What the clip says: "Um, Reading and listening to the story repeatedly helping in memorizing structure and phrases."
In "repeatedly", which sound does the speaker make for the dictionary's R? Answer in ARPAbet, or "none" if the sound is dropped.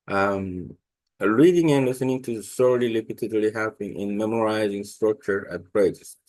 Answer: L